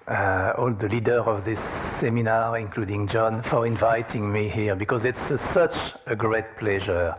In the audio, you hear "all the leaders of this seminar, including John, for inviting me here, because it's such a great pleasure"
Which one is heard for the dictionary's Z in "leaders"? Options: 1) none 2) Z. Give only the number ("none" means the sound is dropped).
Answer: 1